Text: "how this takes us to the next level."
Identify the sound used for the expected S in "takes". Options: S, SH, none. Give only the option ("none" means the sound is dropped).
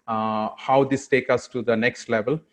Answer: none